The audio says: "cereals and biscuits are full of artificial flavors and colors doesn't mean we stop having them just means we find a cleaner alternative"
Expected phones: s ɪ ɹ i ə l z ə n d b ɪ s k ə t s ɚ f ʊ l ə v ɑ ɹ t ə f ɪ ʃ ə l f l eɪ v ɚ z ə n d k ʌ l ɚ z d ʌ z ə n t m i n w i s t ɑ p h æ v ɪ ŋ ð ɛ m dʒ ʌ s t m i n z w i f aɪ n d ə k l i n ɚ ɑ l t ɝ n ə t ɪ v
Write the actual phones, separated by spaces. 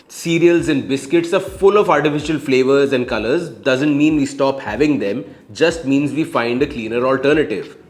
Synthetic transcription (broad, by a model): s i ɹ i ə l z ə n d b ɪ s k ə t s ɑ f ʊ l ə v ɑ ɹ t ə f ɪ ʃ ə l f l eɪ v ɚ z ə n d k ʌ l ɚ z d ʌ z ə n t m i n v i s t ɑ p h æ v ɪ ŋ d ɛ m dʒ ʌ s t m i n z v i f aɪ n d ə k l i n ɚ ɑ l t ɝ n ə t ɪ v